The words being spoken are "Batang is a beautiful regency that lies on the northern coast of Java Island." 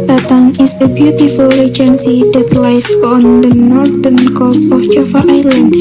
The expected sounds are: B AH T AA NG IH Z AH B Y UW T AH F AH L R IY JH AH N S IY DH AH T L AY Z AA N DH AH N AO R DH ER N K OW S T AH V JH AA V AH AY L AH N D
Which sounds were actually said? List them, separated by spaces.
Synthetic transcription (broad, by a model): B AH T AA NG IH S AH B Y UW T AH F AH L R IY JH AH N S IY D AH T L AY S AA N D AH N AO R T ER N K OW S AH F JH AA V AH AY L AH N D